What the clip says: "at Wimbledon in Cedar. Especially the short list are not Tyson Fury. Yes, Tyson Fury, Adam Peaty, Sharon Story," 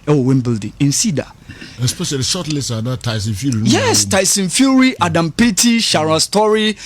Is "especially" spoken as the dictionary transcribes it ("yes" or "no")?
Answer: no